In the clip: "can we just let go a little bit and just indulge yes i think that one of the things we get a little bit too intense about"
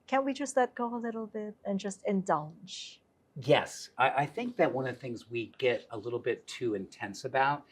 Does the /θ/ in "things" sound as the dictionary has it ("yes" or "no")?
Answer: yes